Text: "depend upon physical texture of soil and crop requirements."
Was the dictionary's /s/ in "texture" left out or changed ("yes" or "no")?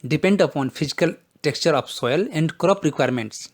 no